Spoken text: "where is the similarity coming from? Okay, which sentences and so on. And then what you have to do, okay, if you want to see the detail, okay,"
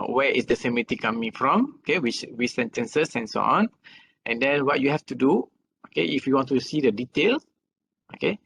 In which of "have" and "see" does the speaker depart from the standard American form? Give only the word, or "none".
have